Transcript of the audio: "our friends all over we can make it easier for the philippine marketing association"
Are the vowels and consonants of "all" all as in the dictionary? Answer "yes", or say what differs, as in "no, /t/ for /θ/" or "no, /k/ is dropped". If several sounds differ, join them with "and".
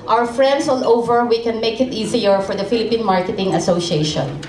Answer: no, /n/ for /l/